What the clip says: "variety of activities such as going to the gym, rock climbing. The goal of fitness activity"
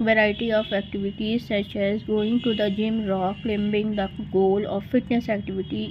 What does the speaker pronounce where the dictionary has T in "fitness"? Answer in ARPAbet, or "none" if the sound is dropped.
T